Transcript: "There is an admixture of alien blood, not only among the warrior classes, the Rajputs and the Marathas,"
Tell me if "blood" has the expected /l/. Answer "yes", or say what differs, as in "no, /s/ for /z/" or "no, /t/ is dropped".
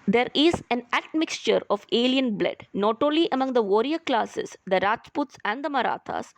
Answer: yes